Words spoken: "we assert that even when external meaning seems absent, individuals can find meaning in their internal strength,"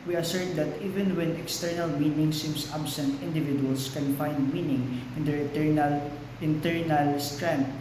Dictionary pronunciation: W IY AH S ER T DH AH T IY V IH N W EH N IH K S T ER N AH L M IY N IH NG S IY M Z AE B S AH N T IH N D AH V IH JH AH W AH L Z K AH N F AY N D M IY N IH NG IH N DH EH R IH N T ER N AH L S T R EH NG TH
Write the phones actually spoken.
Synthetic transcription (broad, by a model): W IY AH S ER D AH T IY V IH N W EH N IH K S T ER N AH L M IY N IH NG S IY M S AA B S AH N T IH N D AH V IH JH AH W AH L S K AH N F AY N D M IY N IH NG IH N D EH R IH N T ER N AH L S T R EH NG